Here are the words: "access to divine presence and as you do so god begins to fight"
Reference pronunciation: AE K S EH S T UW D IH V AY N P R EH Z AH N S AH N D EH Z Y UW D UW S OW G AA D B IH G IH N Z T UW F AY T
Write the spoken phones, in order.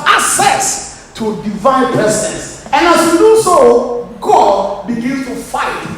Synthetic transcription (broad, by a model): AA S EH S T UW D IH V AY N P EH S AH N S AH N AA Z Y UW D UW S OW G AA D B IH G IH N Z T UW F AY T